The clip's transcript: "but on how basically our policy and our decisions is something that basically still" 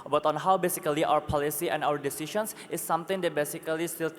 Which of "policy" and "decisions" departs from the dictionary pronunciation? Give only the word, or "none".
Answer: decisions